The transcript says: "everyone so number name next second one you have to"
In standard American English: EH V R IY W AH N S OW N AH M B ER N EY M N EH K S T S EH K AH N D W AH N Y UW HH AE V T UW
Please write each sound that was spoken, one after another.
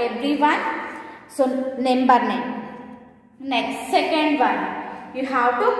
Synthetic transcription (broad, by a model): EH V R IY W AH N S OW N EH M B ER N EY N N EH K S T S EH K AH N D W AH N Y UW HH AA W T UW